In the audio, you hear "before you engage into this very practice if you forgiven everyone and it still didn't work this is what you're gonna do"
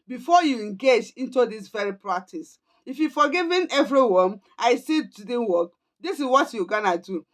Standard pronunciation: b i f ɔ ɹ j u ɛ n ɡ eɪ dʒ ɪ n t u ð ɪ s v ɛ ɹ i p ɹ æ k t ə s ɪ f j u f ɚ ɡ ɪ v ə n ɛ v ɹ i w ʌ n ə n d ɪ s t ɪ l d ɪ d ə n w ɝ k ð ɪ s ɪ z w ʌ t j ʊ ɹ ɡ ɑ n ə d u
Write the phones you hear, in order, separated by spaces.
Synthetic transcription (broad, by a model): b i f ɔ j u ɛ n ɡ eɪ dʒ ɪ n t u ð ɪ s v ɛ ɹ i p ɹ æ k t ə s ɪ f j u f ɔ ɡ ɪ v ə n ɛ v ɹ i w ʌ n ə ɪ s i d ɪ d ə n w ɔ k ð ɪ s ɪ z w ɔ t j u ɡ ɑ n ə d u